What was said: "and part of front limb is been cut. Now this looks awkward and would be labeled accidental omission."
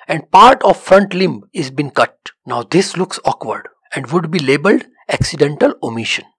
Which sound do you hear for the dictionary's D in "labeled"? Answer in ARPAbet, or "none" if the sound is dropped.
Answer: D